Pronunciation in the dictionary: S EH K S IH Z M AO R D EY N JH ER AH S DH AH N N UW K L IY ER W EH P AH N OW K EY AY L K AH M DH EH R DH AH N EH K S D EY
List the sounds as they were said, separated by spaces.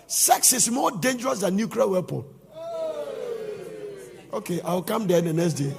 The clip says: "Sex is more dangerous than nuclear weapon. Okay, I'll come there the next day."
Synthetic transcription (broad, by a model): S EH K S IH S M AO D EY N JH ER AH S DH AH N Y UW K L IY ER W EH P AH L OW K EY AY W K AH M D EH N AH N EH K S D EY